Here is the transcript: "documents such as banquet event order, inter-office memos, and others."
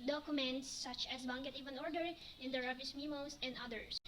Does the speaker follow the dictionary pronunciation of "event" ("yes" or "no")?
no